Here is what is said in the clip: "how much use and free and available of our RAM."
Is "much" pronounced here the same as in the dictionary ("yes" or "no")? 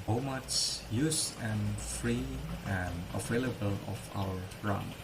no